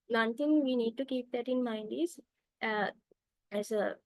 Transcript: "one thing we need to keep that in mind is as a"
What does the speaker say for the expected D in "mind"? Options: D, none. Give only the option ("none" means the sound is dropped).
D